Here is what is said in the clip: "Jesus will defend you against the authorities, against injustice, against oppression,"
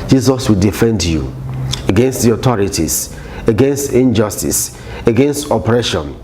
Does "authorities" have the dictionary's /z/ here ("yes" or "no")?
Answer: no